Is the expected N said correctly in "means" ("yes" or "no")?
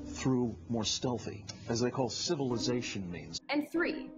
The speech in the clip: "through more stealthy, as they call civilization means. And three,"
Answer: yes